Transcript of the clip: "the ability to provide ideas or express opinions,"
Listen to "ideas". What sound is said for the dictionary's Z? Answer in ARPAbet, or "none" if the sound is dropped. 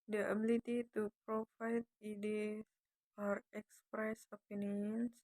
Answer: none